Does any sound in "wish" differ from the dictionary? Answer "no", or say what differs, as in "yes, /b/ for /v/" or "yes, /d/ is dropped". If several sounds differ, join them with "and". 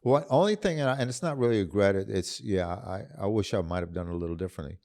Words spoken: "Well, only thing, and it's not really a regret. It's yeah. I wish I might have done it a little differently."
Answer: no